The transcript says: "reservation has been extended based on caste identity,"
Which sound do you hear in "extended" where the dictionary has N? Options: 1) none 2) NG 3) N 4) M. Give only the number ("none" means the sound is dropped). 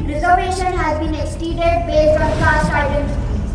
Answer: 1